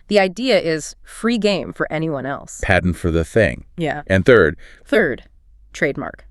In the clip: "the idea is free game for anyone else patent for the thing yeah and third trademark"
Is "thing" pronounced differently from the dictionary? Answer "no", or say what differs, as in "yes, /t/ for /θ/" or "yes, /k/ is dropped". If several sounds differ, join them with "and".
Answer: no